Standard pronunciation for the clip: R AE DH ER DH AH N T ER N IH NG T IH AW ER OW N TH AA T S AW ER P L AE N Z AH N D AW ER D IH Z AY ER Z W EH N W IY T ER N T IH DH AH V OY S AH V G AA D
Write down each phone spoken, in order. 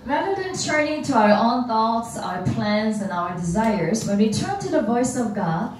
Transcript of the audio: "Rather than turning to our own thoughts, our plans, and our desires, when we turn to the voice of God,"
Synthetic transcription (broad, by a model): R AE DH ER DH AH N T ER N IH NG T IH AW ER OW N TH AA T S AW ER P L AE N Z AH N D AW ER D IH Z AY ER Z W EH N W IY T ER N T IH DH AH V OY S AH V G AA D